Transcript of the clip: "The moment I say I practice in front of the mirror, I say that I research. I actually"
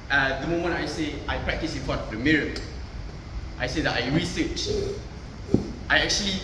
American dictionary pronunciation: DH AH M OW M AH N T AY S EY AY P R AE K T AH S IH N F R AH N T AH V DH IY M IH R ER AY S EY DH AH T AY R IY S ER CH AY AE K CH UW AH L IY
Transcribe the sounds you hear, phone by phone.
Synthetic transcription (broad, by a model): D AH M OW M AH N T AY S EY AY P R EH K T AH S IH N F AO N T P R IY M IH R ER AY S EY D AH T AY R IY S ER CH AY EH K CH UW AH L IY